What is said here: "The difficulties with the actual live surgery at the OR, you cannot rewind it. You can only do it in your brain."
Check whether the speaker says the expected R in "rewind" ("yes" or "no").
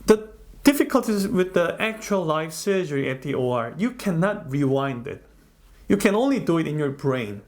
yes